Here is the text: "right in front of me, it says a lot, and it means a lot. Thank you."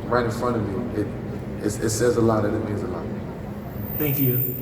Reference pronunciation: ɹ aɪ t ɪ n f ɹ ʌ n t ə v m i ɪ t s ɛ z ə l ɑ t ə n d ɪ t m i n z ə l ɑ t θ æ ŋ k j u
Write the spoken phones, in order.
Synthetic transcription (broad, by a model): ɹ aɪ t ɪ n f ɹ ʌ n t ə v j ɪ ɪ t s ɛ z ə l ɑ t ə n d ɪ t m i n z ə l ɑ t θ æ ŋ k j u